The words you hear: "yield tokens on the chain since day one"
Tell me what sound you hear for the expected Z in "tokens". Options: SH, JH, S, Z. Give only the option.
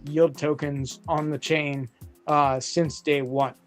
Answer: Z